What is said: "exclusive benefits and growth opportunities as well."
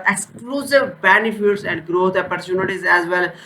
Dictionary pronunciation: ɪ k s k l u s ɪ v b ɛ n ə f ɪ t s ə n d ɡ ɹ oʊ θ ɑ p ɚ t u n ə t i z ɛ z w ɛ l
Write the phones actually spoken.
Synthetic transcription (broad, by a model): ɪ k s k l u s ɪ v b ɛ n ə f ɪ t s ə n d ɡ ɹ oʊ t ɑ p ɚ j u n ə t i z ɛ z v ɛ l